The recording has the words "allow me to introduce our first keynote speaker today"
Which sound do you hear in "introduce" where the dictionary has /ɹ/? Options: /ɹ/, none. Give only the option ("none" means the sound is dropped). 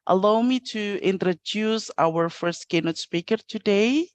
/ɹ/